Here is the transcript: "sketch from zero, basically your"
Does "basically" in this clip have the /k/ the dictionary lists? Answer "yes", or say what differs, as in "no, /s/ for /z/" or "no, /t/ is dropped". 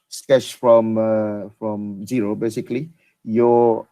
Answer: yes